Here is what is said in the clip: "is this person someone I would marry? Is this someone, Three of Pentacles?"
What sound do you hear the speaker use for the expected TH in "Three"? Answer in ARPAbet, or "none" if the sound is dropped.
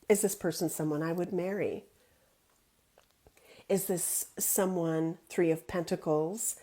TH